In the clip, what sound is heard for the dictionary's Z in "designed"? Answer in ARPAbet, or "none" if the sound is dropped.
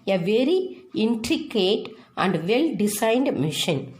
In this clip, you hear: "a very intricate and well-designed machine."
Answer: S